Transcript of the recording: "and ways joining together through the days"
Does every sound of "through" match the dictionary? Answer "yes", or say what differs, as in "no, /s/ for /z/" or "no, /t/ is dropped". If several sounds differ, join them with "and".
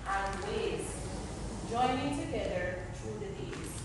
no, /t/ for /θ/